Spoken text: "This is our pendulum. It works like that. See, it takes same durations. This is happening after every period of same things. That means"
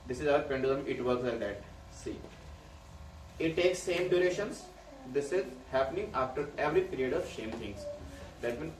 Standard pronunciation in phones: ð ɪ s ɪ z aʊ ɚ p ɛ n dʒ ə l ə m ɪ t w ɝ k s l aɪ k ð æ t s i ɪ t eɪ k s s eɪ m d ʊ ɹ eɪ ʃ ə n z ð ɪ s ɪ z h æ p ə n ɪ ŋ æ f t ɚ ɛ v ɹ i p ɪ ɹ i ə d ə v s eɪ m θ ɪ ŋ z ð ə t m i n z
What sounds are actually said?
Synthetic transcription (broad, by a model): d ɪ s ɪ z aʊ ɚ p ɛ n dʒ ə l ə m ɪ t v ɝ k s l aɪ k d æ t s i ɪ t eɪ k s s eɪ m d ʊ ɹ eɪ ʃ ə n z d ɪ s ɪ z h æ p ə n ɪ ŋ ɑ f t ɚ ɛ v ɹ i p ɪ ɹ i ə d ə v ʃ eɪ m t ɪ ŋ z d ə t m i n